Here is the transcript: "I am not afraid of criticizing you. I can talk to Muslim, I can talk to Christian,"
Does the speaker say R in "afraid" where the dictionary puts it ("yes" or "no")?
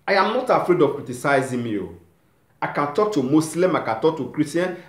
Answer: yes